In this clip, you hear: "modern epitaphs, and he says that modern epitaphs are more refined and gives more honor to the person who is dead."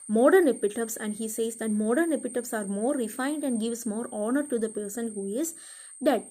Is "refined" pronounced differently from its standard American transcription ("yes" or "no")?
no